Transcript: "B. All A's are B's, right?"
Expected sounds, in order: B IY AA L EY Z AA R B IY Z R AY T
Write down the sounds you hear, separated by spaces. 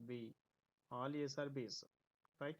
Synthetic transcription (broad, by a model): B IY AA L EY S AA R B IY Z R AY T